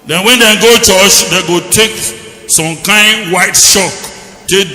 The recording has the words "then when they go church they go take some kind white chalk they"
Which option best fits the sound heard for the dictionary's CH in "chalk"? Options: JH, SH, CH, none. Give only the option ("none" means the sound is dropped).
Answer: SH